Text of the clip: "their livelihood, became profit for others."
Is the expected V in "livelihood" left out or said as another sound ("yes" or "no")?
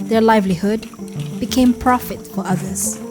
no